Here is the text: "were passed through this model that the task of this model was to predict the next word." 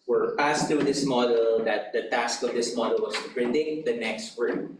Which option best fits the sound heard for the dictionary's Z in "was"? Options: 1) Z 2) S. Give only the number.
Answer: 2